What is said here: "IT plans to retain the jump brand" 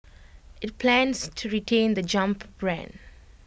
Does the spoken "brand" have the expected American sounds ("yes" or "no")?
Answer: yes